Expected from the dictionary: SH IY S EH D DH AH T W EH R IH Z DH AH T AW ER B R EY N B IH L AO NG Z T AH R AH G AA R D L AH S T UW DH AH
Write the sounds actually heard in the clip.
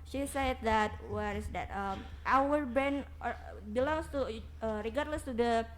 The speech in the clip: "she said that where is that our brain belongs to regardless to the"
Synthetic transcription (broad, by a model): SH IY S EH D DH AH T W EH R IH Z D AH T AW ER B R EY N B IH L AO NG S T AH R AH G AA R D L AH S T UW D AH